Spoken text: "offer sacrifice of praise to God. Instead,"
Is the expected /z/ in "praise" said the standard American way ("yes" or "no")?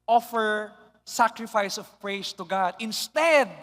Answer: no